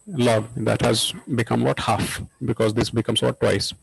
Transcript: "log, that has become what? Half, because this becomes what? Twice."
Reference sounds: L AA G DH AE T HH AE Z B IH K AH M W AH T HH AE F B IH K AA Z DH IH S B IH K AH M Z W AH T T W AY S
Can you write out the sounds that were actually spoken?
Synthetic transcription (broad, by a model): L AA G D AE T HH AE Z B IH K AH M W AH T HH AE F B IH K AA Z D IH S B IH K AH M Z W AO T T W AY S